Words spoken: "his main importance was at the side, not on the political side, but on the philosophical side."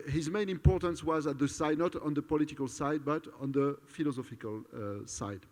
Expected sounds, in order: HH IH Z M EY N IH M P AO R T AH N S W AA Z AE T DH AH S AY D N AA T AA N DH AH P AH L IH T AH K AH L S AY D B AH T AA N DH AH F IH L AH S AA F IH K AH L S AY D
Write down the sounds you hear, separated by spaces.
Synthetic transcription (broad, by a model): HH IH Z M EY N IH M P AO R T AH N S W AA Z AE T DH AH S AY D N AA T AA N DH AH P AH L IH T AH K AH L S AY D B AH T AA N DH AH F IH L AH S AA F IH K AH L S AY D